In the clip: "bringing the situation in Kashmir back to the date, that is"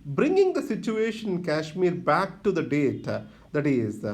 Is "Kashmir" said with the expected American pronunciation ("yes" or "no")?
yes